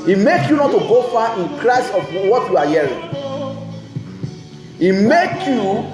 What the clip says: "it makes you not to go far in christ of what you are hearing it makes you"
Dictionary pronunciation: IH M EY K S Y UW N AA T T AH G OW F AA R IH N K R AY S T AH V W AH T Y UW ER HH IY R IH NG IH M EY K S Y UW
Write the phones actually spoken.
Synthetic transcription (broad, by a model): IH M EY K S Y UW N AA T T AH G OW F AA IH N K R AY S AH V W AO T Y UW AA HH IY R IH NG IH M EY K Y UW